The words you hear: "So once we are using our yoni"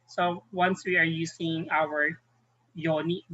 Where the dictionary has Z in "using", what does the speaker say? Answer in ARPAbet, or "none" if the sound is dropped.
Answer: S